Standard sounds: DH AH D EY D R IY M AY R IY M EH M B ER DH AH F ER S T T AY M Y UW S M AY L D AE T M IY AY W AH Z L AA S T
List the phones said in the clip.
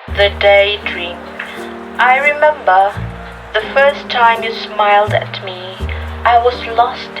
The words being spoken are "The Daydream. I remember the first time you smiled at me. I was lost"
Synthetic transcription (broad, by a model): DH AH D EY D R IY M AY R IY M EH M B ER DH AH F ER S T T AY M Y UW S M AY L D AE T M IY AY W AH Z L AA S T